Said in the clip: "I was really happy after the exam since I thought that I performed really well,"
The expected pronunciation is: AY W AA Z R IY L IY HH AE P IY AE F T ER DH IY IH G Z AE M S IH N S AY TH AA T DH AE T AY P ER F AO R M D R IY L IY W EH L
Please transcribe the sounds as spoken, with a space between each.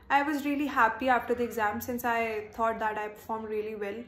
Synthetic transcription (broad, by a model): AY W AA Z R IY L IY HH AE P IY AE F T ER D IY IH G Z AE M S IH N S AY T AA T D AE T AY P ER F AO R M D R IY L IY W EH L